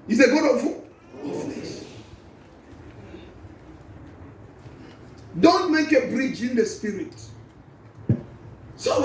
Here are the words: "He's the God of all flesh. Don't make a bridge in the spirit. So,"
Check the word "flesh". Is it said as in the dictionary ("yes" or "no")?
no